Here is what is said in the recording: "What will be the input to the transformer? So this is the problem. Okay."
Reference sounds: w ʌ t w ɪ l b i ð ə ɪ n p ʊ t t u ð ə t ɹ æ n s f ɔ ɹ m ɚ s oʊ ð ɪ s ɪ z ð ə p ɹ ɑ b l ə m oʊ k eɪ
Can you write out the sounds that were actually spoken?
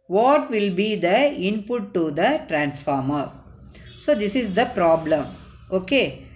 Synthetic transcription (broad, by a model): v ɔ t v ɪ l b i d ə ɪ n p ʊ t t u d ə t ɹ æ n s f ɔ ɹ m ɚ s oʊ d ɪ s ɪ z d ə p ɹ ɑ b l ə m oʊ k eɪ